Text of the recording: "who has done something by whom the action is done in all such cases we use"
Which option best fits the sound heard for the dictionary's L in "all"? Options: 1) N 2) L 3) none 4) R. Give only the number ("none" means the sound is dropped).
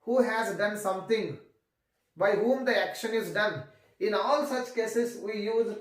2